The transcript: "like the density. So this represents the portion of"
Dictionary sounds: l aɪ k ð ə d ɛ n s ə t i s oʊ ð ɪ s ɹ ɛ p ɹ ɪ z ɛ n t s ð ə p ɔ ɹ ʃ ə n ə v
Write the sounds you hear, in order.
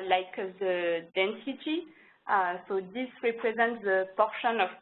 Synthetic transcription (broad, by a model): l aɪ k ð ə d ɛ n s ə t i s oʊ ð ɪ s ɹ ɛ p ɹ ɪ z ɛ n t s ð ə p ɔ ɹ ʃ ə n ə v